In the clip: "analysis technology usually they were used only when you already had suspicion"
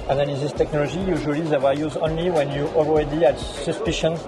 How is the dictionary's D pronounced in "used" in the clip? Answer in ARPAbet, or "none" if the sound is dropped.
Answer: none